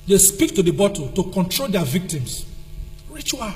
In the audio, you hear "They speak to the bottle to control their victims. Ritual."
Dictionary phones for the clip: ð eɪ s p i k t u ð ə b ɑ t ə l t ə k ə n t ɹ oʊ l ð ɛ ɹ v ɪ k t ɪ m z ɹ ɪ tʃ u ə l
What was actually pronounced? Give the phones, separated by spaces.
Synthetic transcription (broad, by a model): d eɪ s p i k t u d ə b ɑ t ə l t ə k ə n t ɹ oʊ l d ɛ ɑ v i k t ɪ m s ɹ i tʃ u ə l